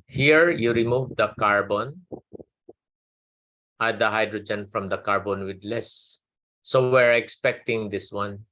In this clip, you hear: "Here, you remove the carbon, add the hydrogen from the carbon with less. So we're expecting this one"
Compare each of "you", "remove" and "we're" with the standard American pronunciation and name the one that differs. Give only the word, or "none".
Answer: none